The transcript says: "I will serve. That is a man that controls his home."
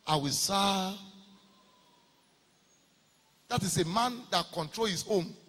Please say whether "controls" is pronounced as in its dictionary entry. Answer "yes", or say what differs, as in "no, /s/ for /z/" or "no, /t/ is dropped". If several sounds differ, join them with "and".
no, /z/ is dropped